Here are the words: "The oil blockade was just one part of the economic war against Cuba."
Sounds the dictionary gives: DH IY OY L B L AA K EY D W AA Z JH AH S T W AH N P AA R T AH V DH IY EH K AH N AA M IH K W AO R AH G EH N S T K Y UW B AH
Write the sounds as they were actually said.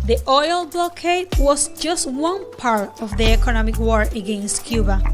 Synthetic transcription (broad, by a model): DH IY OY L B L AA K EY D W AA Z JH AH S T W AH N P AA R T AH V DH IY EH K AH N AA M IH K W AO R AH G EH N S T K Y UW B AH